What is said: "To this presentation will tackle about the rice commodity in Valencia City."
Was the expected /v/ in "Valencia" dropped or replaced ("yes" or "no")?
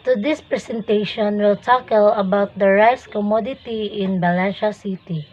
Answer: yes